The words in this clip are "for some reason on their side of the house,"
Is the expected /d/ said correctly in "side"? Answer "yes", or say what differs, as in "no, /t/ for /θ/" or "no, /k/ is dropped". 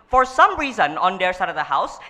yes